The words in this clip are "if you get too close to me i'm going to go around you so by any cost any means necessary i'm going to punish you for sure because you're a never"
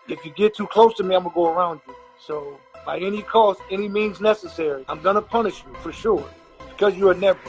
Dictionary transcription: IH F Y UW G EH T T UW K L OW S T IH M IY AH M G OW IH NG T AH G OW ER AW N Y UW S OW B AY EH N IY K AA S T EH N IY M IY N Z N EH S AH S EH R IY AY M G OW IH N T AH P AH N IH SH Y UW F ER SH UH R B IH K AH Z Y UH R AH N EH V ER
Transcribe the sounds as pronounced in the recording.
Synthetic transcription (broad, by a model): IH F Y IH G EH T T UW K L OW S T IH M IY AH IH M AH G OW ER AW N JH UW S OW B AY EH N IY K AA S T EH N IY M IY N Z N EH S AH S EH R IY AY M G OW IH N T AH P AH N IH SH Y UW F ER SH UH R B IH K AH Z Y AH N EH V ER